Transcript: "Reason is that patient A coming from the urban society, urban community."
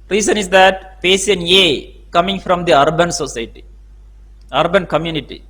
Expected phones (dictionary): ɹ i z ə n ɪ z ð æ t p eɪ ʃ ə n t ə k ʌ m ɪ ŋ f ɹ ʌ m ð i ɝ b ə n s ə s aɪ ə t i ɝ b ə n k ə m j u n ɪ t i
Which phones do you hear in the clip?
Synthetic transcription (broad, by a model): ɹ i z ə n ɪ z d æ t p eɪ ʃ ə n ə k ʌ m ɪ ŋ f ɹ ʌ m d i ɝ b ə n s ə s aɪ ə t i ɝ b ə n k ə m j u n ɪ t i